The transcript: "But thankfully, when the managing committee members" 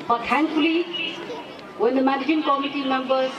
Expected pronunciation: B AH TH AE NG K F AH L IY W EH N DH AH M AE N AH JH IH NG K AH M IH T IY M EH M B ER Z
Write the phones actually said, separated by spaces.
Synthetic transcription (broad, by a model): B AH T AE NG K AH L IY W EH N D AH M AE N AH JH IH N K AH M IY T IY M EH M B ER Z